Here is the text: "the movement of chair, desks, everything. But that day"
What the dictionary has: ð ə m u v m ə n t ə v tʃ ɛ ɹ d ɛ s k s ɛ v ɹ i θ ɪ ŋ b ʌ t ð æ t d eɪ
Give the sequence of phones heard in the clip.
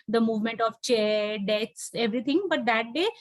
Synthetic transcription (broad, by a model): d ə m u v m ə n t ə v tʃ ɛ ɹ d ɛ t s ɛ v ɹ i t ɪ ŋ b ʌ t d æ t d eɪ